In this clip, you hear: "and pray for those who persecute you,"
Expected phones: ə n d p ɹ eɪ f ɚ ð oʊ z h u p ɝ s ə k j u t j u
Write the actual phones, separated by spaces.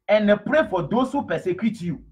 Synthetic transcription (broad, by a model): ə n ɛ p ɹ eɪ f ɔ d oʊ s h u p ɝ s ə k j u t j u